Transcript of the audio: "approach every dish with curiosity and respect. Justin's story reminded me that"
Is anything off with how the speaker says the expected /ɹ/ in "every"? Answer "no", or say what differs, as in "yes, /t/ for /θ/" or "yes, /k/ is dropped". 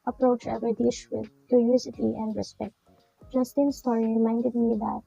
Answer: yes, /ɹ/ is dropped